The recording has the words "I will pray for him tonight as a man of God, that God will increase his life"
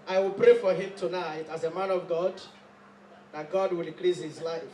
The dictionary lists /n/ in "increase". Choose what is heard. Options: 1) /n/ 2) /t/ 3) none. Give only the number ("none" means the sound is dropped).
3